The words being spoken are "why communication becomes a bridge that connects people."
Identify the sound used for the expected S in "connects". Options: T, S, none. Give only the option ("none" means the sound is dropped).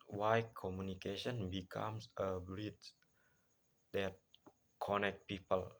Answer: none